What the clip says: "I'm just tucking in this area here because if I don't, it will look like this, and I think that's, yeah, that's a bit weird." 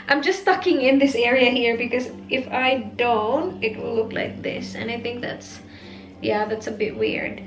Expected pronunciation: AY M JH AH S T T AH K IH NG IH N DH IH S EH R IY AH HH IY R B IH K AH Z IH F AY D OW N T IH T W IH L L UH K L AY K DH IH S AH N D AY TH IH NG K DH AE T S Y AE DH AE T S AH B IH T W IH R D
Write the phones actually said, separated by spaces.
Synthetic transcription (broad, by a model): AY M JH AH S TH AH K IH NG IH N DH IH S EH R IY AH HH IY R B IH K AH Z IH F AY D OW N T IH T W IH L L UH K L AY K DH IH S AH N AY TH IH NG K DH AE T S Y AE DH AE T S AH B IH T W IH R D